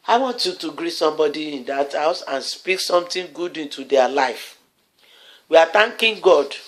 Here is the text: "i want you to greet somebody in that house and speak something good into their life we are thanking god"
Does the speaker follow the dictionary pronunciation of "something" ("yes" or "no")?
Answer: no